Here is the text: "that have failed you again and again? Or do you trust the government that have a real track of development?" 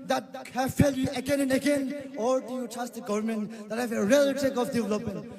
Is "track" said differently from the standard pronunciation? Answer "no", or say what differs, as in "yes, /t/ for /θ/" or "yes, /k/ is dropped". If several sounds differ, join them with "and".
yes, /ɹ/ is dropped